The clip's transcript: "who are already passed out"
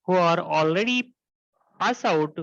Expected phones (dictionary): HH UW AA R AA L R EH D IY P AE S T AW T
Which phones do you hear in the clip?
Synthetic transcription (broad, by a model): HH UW AA R AA L R EH D IY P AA S AW T